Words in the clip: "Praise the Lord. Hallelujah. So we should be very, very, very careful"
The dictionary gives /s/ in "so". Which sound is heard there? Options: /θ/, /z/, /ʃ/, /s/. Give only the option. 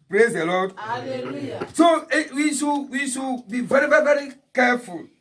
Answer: /ʃ/